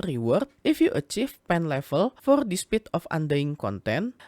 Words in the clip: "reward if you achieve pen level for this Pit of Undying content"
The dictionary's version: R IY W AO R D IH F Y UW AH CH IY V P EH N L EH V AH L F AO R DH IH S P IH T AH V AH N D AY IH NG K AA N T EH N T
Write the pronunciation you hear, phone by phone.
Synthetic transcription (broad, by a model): R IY W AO R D IH F Y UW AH CH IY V P EH N L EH F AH L F AO R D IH S P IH T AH F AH N D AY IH NG K AA N T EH N